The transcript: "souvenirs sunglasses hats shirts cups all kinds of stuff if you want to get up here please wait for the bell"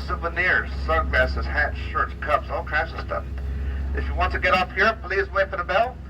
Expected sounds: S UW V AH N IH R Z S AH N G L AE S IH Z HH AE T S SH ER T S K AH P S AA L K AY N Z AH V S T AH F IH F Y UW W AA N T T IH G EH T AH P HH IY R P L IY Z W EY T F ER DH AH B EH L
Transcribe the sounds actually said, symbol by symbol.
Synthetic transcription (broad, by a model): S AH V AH N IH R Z S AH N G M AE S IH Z HH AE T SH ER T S K AH P S AA L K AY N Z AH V S T AH F IH F Y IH W AA N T T IH G EH T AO F HH IY R P L IY Z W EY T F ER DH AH B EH L